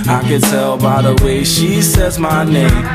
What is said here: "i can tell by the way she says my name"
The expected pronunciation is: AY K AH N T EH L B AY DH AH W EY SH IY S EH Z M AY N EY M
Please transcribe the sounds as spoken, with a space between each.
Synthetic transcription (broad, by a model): AY K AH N T EH L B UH DH AH W EY SH IY S EH Z M AY N EY M